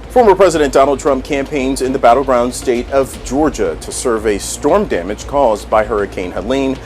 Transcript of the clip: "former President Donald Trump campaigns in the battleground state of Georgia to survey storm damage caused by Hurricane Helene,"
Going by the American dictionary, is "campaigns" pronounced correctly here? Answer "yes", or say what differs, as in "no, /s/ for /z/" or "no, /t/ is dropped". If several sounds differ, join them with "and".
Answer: yes